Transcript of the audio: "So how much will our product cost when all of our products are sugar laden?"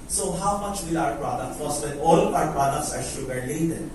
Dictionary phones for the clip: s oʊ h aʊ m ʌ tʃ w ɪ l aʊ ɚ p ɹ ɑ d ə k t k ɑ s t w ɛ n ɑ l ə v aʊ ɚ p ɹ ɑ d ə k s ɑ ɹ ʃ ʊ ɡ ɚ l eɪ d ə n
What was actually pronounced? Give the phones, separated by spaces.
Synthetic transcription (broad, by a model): s oʊ h aʊ m ʌ tʃ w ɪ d aʊ ɚ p ɹ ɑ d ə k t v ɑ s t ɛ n ɑ l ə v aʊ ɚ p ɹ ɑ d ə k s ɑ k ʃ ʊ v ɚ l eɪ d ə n